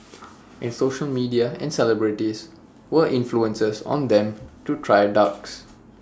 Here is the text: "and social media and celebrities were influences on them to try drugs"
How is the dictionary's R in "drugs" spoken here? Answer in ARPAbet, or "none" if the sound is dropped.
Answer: none